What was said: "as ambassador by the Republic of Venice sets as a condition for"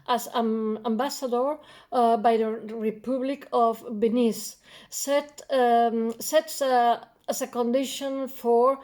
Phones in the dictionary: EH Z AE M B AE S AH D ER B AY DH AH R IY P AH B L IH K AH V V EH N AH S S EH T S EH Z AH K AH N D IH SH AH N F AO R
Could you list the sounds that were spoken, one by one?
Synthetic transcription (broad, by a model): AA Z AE M B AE S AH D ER B AY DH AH R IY P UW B L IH K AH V B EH N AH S S EH T S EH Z AH K AH N D IH SH AH N F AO R